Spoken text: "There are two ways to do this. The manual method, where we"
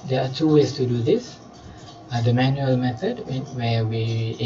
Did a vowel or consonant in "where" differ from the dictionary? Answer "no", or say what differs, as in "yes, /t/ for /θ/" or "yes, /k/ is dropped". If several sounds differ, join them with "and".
yes, /w/ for /ɹ/